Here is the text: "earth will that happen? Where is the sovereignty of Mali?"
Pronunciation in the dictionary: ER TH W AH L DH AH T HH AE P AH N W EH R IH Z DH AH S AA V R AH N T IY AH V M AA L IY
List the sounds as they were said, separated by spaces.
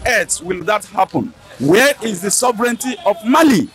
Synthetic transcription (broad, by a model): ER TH W AH L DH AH T HH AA P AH N W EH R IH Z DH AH S AA V R AH N T IY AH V M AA L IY